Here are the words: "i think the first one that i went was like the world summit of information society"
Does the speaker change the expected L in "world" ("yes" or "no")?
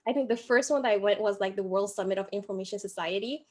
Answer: no